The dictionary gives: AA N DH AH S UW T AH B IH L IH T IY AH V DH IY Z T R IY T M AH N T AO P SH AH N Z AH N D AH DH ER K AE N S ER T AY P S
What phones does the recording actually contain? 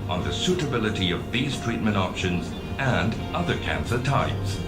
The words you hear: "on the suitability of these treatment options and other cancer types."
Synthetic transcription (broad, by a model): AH N DH AH S UW T AH B IH L IH T IY AH V DH IY Z T R IY T M AH N T AO P SH AH N Z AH N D AH DH ER K AE N S ER T AY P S